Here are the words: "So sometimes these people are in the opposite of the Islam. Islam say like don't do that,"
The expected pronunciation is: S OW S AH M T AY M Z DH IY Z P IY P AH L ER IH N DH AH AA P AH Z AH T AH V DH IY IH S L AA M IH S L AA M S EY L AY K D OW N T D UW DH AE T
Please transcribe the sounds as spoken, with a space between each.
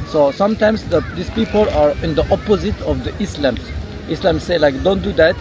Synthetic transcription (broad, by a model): S OW S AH M T AY M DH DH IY S P IY P AH L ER IH N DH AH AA P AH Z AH T AH V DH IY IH S L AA M IH S L AA M S EY L AY K D OW N T D UW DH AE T